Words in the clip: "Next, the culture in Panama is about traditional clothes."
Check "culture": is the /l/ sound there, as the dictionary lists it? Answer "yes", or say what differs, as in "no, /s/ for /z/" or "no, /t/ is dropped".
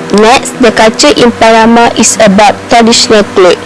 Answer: no, /l/ is dropped